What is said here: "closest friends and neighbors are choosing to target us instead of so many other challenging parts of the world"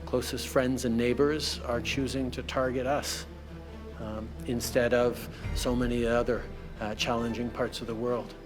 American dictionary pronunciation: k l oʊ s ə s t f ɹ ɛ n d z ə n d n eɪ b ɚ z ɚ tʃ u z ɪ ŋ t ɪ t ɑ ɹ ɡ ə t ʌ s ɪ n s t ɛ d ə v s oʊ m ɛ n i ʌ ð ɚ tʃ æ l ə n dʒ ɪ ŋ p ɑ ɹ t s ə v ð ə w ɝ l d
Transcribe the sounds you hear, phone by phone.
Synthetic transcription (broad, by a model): k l oʊ s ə s t f ɹ ɛ n d z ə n n eɪ b ɚ z ɚ tʃ u z ɪ ŋ t ɪ t ɑ ɹ ɡ ə t ʌ s ɪ n s t ɛ d ə v s oʊ m ɛ n i ʌ ð ɚ tʃ æ l ə n dʒ ɪ ŋ p ɑ ɹ t s ə v ð ə w ɝ l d